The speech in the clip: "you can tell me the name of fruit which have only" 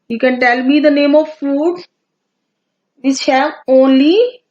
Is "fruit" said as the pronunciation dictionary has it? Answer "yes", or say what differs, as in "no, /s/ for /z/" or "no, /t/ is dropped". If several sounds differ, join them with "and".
no, /ɹ/ is dropped